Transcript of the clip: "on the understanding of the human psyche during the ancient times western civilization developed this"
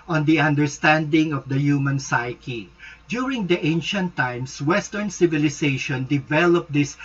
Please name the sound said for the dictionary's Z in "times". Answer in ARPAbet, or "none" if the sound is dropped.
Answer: S